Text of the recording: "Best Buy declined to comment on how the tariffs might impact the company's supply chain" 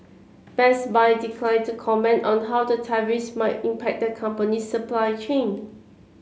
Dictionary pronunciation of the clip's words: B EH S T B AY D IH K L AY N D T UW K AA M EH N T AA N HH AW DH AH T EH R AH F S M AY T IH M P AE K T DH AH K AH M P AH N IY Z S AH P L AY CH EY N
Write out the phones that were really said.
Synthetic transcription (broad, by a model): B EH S B AY D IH K L AY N T UW K AA M EH N T AA N HH AW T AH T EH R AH S M AY T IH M P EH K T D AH K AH M P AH N IY S AH P L AY CH EY N